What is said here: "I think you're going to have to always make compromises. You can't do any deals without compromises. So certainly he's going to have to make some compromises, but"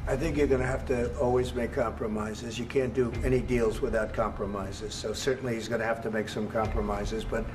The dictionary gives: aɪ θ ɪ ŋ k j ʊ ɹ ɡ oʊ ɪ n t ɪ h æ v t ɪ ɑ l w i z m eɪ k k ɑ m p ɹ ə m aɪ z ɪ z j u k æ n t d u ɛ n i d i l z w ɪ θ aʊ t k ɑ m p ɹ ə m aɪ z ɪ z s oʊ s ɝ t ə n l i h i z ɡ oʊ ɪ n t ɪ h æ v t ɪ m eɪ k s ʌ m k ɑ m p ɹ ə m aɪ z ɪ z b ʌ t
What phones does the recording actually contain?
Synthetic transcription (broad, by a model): aɪ θ ɪ ŋ k j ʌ ɹ ɡ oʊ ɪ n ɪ h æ f t ɪ ɑ l w i z m eɪ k k ɑ m p ɹ ə m aɪ z ɪ z j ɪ k æ n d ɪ ɛ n i d i l z w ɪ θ aʊ t k ɑ m p ɹ ə m aɪ z ɪ z s oʊ s ɝ t n l i h i z ɡ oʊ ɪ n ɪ h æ f t ɪ m eɪ k s ʌ m k ɑ m p ɹ ə m aɪ z ɪ z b ʌ t